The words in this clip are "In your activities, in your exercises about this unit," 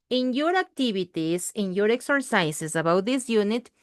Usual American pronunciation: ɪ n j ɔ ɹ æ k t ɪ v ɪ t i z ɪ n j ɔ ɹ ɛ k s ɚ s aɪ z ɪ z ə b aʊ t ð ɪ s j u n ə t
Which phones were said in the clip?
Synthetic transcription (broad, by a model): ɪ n j ɔ ɹ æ k t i b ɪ t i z ɪ n j ɔ ɹ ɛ k s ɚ s aɪ s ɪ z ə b aʊ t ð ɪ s j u n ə t